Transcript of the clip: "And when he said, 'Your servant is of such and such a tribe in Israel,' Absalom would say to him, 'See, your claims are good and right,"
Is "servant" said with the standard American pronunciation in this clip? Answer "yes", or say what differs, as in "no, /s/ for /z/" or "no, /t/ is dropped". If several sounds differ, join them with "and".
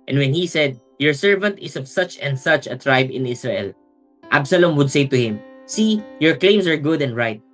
yes